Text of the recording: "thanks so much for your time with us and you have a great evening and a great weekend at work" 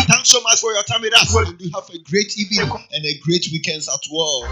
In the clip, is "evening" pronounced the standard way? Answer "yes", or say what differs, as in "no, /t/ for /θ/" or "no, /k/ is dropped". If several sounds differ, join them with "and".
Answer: no, /n/ is dropped